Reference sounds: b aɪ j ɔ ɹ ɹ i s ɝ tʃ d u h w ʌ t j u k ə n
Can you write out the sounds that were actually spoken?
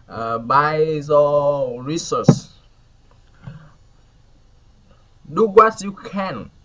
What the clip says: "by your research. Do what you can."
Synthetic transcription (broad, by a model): b aɪ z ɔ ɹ ɹ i s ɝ s d u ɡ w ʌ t j u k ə n